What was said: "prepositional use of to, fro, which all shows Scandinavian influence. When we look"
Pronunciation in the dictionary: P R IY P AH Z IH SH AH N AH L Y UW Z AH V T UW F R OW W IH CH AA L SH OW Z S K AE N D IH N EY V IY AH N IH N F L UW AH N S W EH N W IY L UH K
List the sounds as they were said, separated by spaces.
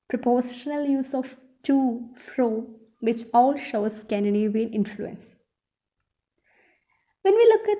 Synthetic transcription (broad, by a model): P R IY P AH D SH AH N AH L Y UW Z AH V T UW F R OW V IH CH AA L SH OW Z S K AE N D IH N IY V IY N IH N F L UW AH N S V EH N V IY L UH K